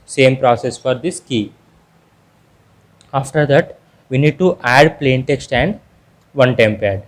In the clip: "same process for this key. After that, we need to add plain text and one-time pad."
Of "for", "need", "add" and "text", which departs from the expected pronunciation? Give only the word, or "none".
none